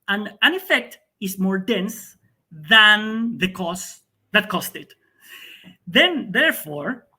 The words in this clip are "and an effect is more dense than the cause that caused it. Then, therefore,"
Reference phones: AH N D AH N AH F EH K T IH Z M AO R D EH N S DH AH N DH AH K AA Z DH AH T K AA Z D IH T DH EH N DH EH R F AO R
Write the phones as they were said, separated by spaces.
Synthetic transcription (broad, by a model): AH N AH N AH F EH K T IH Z M AO R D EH N S DH AH N DH AH K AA S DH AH T K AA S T IH T DH EH N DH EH R F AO R